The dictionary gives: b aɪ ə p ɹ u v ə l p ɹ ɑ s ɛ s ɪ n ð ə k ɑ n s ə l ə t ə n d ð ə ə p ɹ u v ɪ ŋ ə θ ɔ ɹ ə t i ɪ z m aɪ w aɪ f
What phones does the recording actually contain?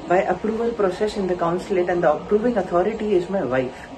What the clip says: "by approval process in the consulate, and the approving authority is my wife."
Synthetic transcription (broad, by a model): b aɪ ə p ɹ u v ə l p ɹ ɑ s ɛ s ɪ n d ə k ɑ n s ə l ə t ə n d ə ə p ɹ u v ɪ ŋ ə t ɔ ɹ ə t i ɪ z m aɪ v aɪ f